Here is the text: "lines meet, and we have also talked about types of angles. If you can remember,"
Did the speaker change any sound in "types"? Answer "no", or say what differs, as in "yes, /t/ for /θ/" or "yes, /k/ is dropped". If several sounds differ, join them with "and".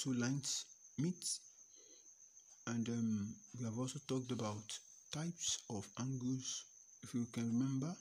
no